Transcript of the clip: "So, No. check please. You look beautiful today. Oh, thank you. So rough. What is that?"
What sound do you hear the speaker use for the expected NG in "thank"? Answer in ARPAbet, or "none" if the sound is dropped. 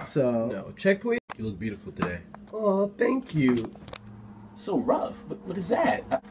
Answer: NG